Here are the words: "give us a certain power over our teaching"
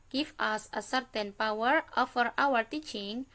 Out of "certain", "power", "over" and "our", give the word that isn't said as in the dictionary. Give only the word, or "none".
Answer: over